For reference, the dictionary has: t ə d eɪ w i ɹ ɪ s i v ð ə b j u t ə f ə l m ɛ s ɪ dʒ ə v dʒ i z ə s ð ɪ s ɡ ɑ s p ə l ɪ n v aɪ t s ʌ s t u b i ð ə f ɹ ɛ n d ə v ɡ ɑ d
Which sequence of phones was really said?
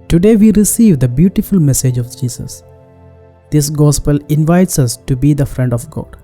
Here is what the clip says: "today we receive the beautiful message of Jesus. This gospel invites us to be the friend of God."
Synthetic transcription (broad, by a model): t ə d eɪ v i ɹ ɪ s i v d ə b j u t ə f ə l m ɛ s ɪ dʒ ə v dʒ i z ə s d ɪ s ɡ ɑ s p ə l ɪ n v aɪ t s ʌ s t u b i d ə f ɹ ɛ n d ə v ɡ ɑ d